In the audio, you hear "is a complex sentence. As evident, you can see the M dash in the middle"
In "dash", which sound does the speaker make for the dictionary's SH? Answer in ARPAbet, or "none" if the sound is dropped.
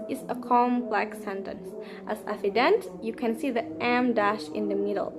SH